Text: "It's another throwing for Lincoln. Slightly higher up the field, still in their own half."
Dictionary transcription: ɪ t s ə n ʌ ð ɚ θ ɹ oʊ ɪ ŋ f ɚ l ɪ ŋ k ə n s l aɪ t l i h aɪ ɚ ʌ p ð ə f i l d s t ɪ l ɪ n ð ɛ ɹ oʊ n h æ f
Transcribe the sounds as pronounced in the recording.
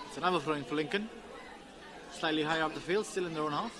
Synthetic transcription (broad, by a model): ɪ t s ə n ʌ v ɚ f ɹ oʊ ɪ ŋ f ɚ l ɪ ŋ k ə n s l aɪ l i h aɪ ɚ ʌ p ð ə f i l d s t ɪ l ɪ n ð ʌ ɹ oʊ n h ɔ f